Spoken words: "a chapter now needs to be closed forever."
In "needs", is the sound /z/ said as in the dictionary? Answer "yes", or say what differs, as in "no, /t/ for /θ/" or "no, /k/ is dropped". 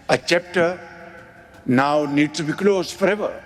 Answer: no, /z/ is dropped